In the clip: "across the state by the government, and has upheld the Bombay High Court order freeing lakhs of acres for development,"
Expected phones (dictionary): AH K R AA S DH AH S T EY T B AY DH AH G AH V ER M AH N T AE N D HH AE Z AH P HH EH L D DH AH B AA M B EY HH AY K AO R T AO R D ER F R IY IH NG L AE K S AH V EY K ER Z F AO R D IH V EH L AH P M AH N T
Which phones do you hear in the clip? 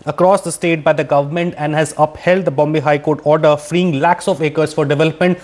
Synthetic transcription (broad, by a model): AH K R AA S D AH S T EY T B AY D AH G AH V ER M AH N T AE N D HH AE Z AH P HH EH L D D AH B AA M B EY HH AY K AO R T AO R D ER F R IY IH NG L AE K S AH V EY K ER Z F AO R D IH V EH L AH P M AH N T